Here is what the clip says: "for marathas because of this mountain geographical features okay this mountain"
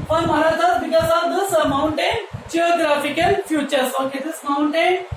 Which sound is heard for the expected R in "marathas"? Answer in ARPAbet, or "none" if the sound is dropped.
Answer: L